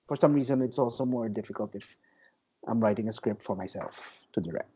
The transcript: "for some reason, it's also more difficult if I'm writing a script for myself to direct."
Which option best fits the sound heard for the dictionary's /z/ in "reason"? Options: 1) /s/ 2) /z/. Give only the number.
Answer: 2